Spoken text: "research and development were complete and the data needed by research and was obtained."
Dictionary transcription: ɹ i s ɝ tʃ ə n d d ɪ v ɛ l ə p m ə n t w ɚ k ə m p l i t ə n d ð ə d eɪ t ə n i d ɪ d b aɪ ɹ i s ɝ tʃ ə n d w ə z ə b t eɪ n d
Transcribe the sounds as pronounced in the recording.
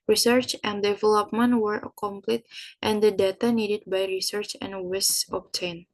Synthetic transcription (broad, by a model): ɹ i s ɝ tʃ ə n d d ɪ v ɛ l ə p m ə n t w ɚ k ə m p l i t ə n d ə d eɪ t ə n i d ɪ d b aɪ ɹ i s ɝ tʃ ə n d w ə s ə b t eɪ n